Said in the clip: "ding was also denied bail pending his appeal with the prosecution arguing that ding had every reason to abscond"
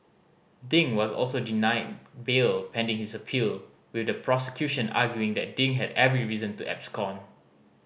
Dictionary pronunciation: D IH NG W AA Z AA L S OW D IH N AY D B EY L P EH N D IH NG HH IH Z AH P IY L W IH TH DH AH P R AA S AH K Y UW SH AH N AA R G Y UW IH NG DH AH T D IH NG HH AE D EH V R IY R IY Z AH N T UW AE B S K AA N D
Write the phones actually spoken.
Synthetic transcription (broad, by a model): D IH NG W AA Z AA L S OW D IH N AY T B EY L P EH N D IH NG HH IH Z AH P IY L W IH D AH P R AA S AH K Y UW SH AH N AA G Y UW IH NG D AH T D IH NG HH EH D EH V R IY R IY Z AH N T UW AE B S K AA N